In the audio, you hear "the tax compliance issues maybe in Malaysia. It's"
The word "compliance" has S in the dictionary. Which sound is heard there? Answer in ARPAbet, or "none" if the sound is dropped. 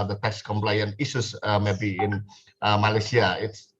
none